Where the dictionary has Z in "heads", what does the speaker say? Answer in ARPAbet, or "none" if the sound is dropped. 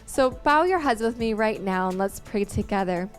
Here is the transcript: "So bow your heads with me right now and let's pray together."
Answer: Z